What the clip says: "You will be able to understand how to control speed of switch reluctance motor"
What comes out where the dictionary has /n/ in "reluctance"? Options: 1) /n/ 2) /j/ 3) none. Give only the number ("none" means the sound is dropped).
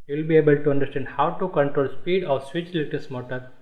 3